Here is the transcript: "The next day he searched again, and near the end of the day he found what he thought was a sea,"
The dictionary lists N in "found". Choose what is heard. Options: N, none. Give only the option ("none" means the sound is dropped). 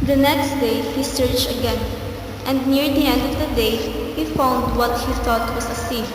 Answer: N